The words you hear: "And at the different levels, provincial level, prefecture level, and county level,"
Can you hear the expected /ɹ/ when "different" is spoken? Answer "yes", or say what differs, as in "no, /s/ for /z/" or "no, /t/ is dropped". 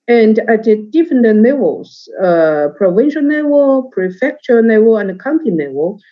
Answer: no, /ɹ/ is dropped